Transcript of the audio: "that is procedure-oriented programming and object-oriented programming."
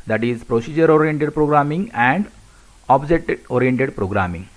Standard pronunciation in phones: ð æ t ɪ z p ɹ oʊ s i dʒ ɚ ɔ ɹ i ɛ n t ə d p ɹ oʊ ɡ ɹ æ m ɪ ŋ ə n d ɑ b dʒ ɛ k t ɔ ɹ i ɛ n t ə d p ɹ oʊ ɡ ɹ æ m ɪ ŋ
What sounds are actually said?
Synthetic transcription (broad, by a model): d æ t ɪ z p ɹ oʊ s i dʒ ɚ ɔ ɹ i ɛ n t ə d p ɹ oʊ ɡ ɹ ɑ m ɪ ŋ ə n d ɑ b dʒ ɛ t ɔ ɹ i ɛ n t ə d p ɹ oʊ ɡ ɹ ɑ m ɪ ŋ